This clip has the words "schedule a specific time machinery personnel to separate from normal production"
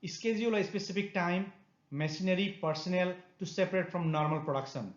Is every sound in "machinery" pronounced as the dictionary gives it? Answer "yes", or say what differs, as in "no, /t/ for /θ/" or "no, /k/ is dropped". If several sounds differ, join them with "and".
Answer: no, /s/ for /ʃ/